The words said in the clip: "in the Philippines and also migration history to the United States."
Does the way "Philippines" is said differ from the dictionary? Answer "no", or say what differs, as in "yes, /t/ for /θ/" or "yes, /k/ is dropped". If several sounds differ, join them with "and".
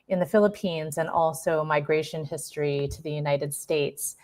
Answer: no